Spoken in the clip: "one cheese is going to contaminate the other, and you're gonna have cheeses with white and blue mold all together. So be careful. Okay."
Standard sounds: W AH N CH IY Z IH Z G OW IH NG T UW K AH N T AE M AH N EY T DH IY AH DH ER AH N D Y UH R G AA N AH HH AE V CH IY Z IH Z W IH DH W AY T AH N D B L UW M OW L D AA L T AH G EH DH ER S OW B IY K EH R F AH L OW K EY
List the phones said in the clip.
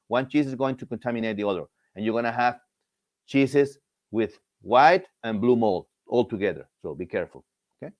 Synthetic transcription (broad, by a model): W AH N CH IY S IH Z G OW IH NG T UW K AH N T AE M AH N EY T DH IY AH DH ER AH N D Y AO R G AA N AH HH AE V CH IY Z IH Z W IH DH W AY T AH N B L UW M OW L D AA L T AH G EH DH ER S OW B IY K EH R F AH L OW K EY